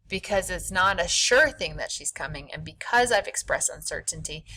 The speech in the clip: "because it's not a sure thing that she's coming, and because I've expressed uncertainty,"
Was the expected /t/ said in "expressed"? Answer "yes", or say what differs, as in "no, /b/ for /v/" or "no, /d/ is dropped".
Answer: yes